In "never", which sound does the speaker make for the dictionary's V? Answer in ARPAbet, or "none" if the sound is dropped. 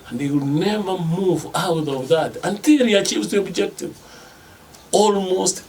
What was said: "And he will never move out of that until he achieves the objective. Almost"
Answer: V